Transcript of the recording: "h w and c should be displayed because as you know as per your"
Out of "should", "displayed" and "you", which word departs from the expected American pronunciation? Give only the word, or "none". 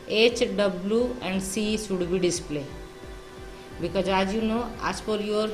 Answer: should